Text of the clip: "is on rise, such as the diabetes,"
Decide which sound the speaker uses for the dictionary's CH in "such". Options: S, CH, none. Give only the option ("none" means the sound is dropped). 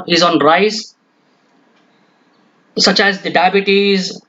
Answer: CH